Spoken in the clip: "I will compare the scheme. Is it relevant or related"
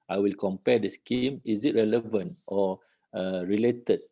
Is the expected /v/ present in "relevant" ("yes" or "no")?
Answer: yes